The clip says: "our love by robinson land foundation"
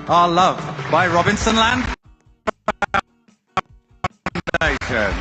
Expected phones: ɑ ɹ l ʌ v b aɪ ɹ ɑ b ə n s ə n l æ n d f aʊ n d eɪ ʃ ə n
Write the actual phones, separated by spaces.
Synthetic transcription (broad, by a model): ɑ l ʌ v b aɪ ɹ ɑ b ə n s ə n l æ n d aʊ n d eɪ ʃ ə